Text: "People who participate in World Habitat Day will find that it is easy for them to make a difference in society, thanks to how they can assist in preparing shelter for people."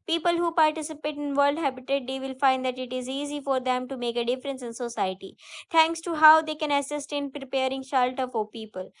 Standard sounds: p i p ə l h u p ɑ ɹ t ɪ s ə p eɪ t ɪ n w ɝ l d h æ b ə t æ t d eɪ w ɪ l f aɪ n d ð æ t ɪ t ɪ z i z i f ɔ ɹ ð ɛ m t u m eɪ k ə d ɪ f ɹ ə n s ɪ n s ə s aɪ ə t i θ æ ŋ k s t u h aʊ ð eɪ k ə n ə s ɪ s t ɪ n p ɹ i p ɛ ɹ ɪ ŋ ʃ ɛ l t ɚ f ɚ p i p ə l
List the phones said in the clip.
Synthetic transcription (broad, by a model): p i p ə l h u p ɑ ɹ t ɪ s ə p eɪ t ɪ n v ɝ l d h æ b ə t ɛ t d eɪ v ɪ l f aɪ n d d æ t ɪ t ɪ z i z i f ɔ ɹ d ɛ m t u m eɪ k ə d ɪ f ɹ ə n s ɪ n s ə s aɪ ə t i t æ ŋ k s t u h aʊ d eɪ k ə n ə s ɪ s t ɪ n p ɹ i p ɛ ɹ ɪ ŋ ʃ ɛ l t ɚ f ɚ p i p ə l